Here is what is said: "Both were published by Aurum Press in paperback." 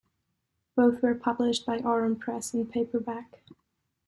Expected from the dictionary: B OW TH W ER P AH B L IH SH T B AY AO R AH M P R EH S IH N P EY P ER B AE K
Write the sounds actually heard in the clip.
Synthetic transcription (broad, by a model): B OW TH W ER P AH B L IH SH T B AY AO R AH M P R EH S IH N P EY P ER B AE K